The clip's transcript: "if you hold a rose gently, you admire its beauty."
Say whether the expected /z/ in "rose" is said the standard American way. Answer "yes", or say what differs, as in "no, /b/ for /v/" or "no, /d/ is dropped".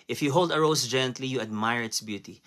no, /s/ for /z/